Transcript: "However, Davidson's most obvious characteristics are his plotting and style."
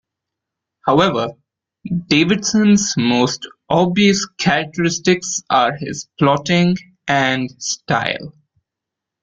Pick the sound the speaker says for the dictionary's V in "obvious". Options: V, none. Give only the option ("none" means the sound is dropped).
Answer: none